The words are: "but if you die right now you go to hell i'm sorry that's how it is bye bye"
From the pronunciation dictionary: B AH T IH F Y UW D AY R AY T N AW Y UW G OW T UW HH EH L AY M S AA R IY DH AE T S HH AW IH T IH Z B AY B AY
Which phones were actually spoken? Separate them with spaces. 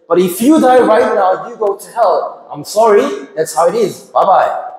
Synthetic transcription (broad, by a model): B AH T IH F Y UW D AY R AY T N AW Y UW G OW T UW HH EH L AY M S AA R IY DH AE T S HH AW IH T IH Z B AY B AY